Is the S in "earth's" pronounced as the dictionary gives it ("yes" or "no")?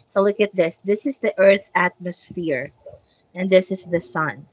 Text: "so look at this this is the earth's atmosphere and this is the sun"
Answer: no